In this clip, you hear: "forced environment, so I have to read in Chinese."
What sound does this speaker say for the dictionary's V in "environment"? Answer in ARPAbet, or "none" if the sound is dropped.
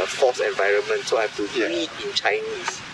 V